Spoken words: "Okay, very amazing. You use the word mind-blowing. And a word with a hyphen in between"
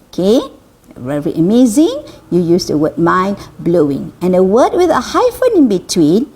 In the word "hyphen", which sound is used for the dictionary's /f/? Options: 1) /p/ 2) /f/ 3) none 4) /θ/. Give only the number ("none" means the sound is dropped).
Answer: 2